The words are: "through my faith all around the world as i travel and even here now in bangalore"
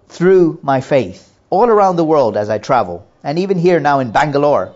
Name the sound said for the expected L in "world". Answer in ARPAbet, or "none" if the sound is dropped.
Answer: L